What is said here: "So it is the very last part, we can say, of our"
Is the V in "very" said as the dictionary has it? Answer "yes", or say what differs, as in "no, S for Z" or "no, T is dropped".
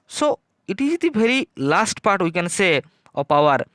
no, B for V